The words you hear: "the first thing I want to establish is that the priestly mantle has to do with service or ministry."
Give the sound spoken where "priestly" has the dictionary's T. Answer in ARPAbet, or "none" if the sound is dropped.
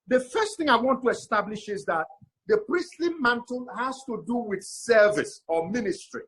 T